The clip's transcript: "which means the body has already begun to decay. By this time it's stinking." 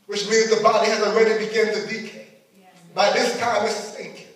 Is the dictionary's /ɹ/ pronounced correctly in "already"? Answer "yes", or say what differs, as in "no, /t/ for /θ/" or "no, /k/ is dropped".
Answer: no, /w/ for /ɹ/